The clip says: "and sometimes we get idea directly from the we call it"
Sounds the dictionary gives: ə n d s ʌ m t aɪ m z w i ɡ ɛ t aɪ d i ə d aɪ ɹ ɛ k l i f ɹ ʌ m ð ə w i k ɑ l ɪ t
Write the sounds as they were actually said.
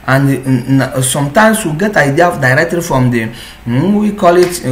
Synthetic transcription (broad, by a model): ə n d s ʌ m t aɪ m s w i ɡ ɛ t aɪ d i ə d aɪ ɹ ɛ k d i f ɹ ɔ m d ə w i k ɑ l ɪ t